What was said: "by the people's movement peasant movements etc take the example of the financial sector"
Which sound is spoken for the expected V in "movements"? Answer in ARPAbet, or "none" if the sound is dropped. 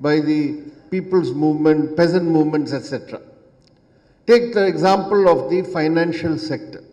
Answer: V